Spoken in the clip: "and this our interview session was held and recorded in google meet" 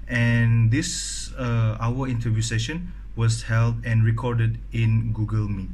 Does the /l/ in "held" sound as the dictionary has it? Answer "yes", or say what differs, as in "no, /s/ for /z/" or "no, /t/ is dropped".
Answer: yes